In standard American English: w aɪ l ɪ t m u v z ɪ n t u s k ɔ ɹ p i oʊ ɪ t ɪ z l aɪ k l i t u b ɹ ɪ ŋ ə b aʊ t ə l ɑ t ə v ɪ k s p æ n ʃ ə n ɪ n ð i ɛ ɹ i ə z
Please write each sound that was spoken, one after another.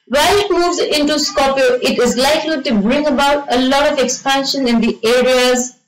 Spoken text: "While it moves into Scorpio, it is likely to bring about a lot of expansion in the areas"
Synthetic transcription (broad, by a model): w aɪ l ɪ t m u v z ɪ n t u s k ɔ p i oʊ ɪ t ɪ z l aɪ k l i t u b ɹ ɪ ŋ ə b aʊ t ə l ɑ t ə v ɪ k s p æ n ʃ ə n ɪ n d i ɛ ɹ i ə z